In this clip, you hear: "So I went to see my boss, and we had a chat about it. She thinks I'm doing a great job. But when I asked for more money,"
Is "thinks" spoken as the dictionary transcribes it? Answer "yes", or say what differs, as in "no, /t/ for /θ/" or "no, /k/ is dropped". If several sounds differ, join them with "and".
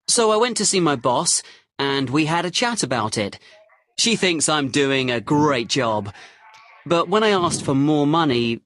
yes